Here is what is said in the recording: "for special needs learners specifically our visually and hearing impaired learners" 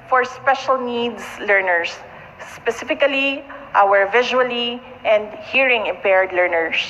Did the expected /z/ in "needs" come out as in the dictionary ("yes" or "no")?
no